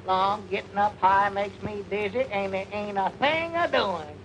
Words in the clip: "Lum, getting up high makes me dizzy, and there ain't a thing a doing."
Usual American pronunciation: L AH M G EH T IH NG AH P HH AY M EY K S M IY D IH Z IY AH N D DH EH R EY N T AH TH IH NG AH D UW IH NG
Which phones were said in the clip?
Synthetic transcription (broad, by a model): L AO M G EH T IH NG AH P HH AY M EY K S M IY D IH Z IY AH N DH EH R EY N AH TH IH NG AH D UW IH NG